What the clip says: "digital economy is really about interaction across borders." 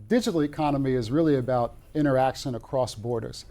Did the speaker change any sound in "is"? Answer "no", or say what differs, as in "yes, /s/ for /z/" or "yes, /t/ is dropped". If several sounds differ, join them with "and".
no